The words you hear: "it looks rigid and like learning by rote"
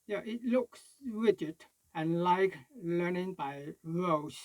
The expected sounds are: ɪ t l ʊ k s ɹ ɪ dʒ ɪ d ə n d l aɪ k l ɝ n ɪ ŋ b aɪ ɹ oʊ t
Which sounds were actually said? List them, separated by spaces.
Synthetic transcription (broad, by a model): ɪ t l ʊ k s ɹ ɪ dʒ ɪ d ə n l aɪ k l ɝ n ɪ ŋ b aɪ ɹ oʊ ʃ